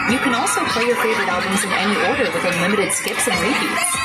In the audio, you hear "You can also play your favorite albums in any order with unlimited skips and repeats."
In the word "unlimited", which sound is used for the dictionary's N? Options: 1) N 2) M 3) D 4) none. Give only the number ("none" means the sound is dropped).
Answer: 4